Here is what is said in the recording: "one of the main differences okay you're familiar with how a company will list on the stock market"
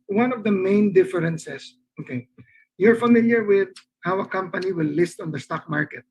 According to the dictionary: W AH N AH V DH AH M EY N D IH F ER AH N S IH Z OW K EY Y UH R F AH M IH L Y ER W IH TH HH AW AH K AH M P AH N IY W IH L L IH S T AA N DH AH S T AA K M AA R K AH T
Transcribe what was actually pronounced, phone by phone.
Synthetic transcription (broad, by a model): W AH N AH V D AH M EY N D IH F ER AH N S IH S OW K EY Y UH R F AH M IH L Y ER W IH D HH AW AH K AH M P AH N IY W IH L L IH S T AA N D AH S T AA K M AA R K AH T